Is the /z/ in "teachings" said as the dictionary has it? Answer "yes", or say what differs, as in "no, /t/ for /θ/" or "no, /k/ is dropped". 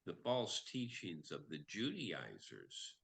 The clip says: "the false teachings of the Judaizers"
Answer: yes